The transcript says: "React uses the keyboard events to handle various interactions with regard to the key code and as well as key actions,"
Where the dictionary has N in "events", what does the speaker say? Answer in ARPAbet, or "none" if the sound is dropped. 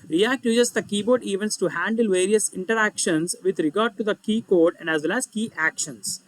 N